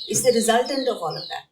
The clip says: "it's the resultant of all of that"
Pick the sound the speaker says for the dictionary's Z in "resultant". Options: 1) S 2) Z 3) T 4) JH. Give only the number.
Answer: 2